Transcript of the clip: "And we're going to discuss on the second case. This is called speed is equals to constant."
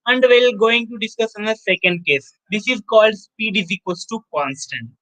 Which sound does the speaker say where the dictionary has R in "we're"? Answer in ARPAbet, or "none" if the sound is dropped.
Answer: L